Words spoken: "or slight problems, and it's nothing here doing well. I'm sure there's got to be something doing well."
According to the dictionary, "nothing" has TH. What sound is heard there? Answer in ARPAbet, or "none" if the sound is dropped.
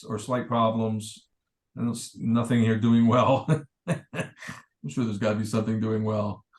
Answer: TH